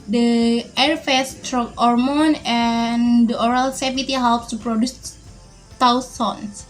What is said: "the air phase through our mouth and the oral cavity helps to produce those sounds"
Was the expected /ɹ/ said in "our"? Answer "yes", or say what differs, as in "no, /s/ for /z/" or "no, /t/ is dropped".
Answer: yes